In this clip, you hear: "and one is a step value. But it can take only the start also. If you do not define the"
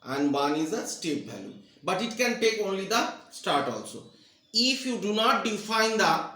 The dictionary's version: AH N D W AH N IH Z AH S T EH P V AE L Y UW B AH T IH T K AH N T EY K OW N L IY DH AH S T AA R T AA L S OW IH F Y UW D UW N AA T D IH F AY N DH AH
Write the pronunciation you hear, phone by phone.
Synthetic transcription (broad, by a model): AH N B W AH N IH Z AH S T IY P B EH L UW B AH T IH T K AH N T EY K OW N L IY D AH S T AA R T AA L S OW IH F Y UW D UW N AA T D IH F AY N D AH